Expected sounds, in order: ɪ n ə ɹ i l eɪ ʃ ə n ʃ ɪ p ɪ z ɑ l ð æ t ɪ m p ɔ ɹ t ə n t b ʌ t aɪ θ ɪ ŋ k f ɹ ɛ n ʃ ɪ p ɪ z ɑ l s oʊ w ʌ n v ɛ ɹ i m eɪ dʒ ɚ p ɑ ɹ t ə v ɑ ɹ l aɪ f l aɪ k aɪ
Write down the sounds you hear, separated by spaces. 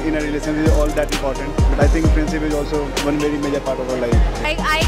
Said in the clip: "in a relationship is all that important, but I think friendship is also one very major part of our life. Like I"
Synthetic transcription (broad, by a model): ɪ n ə ɹ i l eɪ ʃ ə n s ɪ z ɑ l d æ t ɪ m p ɔ ɹ t ə n t b ʌ t aɪ t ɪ ŋ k p ɹ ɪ n s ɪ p ɪ z ɑ l s oʊ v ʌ n v ɛ ɹ i m eɪ dʒ ɚ p ɑ ɹ t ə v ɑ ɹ l aɪ f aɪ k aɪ